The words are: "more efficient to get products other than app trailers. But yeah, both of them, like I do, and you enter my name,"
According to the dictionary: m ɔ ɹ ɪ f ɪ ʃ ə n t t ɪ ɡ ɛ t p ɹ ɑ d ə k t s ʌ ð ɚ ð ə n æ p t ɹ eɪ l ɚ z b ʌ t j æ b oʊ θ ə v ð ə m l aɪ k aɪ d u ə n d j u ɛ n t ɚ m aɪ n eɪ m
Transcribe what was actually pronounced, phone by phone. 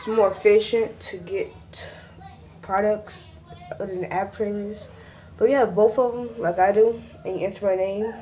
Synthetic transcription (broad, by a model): m ɔ ɹ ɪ f ɪ ʃ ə n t t ɪ ɡ ɛ t p ɹ ɑ d ə k t s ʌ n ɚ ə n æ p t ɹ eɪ n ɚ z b ʌ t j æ b oʊ θ ə v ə m l aɪ k aɪ d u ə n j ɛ n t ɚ m aɪ n eɪ m